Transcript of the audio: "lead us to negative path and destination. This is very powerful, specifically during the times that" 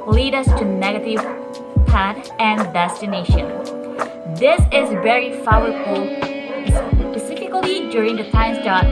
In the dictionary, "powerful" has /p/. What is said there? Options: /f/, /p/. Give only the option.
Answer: /f/